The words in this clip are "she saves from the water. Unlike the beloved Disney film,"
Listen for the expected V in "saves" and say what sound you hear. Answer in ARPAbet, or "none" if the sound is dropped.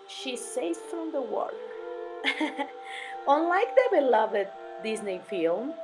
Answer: none